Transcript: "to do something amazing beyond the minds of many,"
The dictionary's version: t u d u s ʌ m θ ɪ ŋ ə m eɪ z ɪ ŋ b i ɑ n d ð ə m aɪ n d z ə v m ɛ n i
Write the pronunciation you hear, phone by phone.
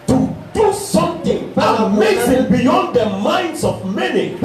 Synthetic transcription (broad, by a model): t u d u s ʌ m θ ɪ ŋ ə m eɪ s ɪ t b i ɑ n d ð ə m aɪ n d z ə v m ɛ n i